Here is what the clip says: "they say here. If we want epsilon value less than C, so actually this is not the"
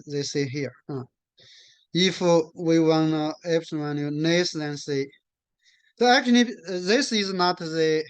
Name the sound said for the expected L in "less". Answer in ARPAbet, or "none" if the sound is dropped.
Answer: N